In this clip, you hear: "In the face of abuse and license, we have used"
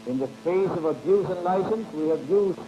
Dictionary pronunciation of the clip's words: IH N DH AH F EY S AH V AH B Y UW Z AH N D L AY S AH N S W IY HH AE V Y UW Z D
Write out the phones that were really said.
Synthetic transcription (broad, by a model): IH N DH AH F EY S AH V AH B Y UW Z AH N L AY S AH N S W IY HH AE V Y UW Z